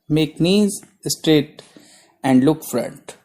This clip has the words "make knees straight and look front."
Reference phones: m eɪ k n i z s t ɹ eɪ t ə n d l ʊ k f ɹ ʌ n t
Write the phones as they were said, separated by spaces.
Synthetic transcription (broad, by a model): m eɪ k n i z s t ɹ eɪ t ə n d l ʊ k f ɹ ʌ n t